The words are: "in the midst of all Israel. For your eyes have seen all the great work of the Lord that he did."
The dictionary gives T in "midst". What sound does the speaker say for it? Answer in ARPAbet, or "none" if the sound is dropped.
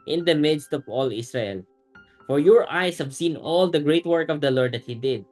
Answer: T